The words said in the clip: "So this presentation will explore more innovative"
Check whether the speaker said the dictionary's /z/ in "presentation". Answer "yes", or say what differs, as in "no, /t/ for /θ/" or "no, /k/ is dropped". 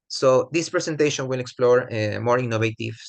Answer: no, /s/ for /z/